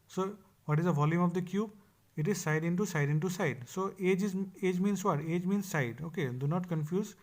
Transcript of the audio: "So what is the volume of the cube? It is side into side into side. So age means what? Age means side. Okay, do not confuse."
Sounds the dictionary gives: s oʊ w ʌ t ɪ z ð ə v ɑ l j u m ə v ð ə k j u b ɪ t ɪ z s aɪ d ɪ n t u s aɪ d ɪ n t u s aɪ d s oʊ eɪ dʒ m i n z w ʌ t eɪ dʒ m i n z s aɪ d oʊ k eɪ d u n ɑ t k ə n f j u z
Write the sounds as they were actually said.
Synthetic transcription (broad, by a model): s oʊ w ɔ t ɪ z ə v ɑ l j u m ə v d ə k j u b ɪ t ɪ z s aɪ d ɪ n t u s aɪ d ɪ n t u s aɪ d s oʊ eɪ dʒ m i n s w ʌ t eɪ dʒ m i n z s aɪ d oʊ k eɪ d u n ɑ t k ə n f j u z